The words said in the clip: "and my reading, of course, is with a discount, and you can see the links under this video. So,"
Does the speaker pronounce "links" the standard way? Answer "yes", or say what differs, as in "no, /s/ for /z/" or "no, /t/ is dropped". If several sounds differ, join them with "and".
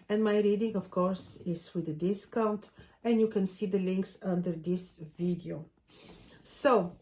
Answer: yes